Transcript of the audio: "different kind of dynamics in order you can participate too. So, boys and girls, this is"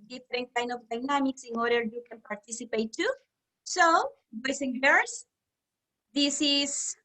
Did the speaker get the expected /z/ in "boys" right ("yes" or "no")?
no